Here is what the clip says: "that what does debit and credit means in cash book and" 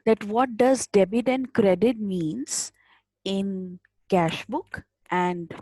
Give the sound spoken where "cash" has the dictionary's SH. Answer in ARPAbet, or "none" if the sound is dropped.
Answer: SH